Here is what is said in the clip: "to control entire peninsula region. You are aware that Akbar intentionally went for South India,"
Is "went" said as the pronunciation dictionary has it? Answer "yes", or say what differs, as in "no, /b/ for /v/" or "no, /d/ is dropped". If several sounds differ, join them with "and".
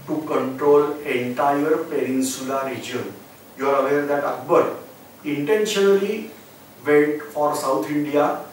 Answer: no, /n/ is dropped